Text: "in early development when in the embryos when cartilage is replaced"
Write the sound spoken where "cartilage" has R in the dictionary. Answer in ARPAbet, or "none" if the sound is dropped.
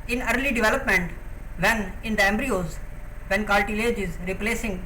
L